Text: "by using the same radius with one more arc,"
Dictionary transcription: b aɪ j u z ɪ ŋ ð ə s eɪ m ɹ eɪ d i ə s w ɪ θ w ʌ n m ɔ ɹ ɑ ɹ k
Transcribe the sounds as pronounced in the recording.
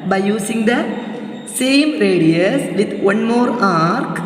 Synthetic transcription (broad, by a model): b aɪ j u s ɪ ŋ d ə s eɪ m ɹ eɪ d i ə s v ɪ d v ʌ n m ɔ ɹ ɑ ɹ k